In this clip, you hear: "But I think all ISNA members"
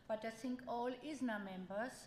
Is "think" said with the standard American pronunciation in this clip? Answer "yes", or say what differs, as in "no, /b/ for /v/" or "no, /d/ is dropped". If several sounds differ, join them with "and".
no, /s/ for /θ/